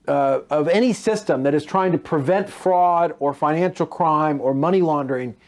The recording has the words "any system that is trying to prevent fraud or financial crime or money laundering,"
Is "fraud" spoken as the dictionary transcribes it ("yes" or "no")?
yes